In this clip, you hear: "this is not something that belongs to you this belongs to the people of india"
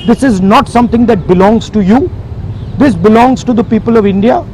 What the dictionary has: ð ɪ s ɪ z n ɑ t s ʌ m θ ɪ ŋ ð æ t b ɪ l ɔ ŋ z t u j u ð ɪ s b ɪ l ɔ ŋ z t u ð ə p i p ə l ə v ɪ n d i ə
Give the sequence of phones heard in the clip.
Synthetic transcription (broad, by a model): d ɪ s ɪ z n ɑ t s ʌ m t ɪ ŋ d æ t b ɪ l ɔ ŋ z t u j u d ɪ s b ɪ l ɔ ŋ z t u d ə p i p ə l ə v ɪ n d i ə